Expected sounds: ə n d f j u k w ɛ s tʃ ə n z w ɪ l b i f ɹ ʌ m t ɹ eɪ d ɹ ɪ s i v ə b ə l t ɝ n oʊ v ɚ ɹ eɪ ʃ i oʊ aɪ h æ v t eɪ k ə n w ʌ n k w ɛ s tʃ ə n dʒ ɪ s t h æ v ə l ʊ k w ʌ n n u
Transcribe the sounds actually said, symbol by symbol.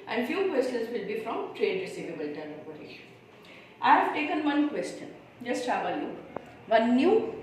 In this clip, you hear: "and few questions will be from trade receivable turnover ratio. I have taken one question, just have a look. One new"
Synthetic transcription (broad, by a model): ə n d f j u k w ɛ s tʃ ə n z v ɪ l b i f ɹ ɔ m t ɹ eɪ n ɹ ɪ s i v ə b ə l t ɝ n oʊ p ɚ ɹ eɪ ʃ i aɪ h æ v t eɪ k ə n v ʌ n k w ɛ s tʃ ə n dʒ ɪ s t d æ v ə l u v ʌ n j u